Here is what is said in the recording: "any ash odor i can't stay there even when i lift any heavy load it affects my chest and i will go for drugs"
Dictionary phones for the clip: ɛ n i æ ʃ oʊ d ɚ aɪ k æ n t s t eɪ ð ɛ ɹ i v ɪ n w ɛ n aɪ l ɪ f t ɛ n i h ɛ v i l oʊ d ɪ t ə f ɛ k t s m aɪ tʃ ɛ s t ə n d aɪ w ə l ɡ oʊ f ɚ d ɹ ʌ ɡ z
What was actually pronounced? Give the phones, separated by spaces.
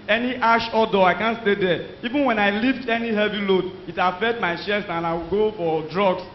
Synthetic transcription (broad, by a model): ɛ n i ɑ ʃ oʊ d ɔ aɪ k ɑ n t s t eɪ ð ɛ i v ɪ n w ɛ n aɪ l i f t ɛ n i h ɛ v i l oʊ d ɪ t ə f ɛ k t m aɪ ʃ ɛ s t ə n aɪ w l ɡ oʊ f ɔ d ɹ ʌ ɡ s